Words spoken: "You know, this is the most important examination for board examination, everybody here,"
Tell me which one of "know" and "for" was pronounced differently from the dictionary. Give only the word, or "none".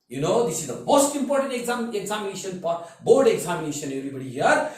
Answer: for